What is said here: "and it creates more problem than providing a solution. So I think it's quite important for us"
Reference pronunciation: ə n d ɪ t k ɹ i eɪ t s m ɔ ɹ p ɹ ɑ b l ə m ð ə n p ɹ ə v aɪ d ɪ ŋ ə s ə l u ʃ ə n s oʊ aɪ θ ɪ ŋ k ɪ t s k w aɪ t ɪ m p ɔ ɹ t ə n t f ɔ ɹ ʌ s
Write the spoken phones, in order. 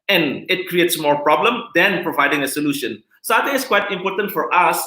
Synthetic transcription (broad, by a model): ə n ɪ t k ɹ i eɪ t s m ɔ ɹ p ɹ ɑ b l ə m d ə n p ɹ ə v aɪ d ɪ ŋ ə s ə l u ʃ ə n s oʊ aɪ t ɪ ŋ ɪ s k w aɪ t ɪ m p ɔ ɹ t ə n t f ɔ ɹ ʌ s